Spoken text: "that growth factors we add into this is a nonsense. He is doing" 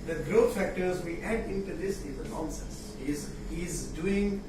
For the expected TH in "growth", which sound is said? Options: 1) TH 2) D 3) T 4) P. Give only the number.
3